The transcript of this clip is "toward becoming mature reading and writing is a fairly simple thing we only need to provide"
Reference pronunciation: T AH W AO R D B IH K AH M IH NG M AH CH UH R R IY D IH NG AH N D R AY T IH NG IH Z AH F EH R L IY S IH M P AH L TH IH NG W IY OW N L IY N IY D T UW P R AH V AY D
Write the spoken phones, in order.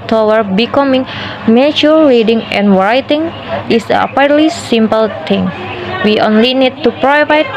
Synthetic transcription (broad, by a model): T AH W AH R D B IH K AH M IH NG M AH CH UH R R IY D IH NG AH N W R AY T IH NG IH S AH P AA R L IY S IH M P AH L T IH NG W IY OW N L IY N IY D T UW P R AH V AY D